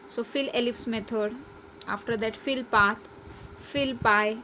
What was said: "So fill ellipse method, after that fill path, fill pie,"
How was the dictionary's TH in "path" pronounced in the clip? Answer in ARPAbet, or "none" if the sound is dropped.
T